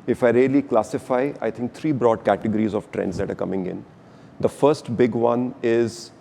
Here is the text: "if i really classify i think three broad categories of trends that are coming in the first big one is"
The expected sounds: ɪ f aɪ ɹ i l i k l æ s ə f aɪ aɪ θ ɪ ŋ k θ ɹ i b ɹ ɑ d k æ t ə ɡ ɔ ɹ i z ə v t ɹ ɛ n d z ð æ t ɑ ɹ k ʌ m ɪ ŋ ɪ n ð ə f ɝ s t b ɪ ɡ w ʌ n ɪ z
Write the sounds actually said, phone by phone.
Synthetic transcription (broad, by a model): ɪ f aɪ ɹ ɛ l i k l æ s ə f aɪ aɪ t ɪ ŋ k t ɹ i b ɹ ɑ d k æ t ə ɡ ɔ ɹ i z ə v t ɹ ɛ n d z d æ t ɑ ɹ k ʌ m ɪ ŋ ɪ n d ə f ɝ s t b ɪ ɡ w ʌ n ɪ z